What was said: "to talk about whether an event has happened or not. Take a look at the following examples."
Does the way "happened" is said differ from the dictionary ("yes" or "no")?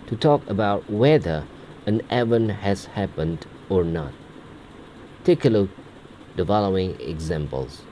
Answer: no